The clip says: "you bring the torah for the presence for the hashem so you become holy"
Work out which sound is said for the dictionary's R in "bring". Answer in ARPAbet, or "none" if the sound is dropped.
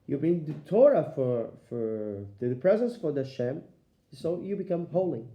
none